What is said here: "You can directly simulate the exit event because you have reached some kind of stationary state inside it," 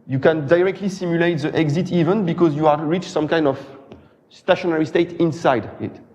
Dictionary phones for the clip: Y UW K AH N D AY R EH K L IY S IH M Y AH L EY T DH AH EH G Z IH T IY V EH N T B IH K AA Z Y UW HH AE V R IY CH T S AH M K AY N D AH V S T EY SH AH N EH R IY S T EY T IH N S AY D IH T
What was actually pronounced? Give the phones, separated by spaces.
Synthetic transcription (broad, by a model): Y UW K AH N D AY R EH K L IY S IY M Y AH L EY T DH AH EH G Z IH T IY V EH N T B IH K AA Z Y UW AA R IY CH S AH M K AY N D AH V S T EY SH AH N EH R IY S T EY T IH N S AY D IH T